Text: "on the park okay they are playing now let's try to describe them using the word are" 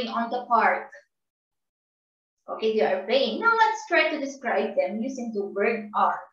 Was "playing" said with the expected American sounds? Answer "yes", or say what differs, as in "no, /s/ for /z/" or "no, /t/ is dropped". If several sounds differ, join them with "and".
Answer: no, /l/ is dropped